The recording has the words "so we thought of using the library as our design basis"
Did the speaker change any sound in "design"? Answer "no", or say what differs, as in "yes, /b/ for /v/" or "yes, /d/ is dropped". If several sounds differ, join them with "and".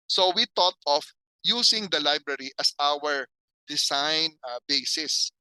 yes, /s/ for /z/